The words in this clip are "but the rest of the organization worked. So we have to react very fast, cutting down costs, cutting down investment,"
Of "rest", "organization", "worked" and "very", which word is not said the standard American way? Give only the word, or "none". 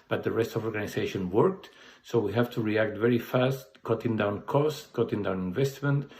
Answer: organization